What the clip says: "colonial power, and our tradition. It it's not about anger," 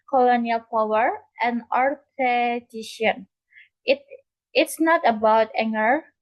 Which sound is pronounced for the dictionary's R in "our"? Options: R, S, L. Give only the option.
R